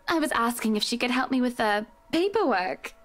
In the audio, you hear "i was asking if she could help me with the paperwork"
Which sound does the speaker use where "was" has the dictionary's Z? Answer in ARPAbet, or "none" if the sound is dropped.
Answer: Z